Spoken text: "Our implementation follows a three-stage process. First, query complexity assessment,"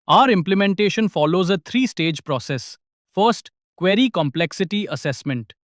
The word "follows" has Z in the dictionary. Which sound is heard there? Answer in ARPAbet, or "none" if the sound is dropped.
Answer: Z